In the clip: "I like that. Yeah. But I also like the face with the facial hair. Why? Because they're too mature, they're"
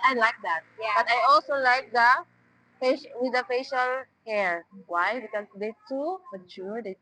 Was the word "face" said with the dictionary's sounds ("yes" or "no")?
no